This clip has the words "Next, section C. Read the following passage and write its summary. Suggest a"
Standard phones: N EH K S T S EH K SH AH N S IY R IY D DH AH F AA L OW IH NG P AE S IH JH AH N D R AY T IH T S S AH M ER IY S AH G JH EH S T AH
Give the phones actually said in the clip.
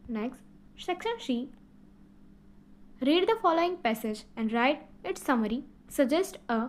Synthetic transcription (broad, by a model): N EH K S T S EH K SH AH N SH IY R IY D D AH F AA L OW IH NG P AE S IH JH AH N D R AY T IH T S S AH M ER IY S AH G JH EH S T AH